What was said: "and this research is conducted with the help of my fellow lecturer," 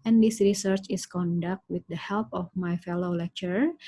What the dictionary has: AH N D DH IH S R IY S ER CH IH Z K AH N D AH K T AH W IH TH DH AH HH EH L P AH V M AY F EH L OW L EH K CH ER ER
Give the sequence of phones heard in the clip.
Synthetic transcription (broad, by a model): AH N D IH S R IY S ER CH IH S K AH N D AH K T W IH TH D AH HH EH L P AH F M AY F EH L OW L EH K CH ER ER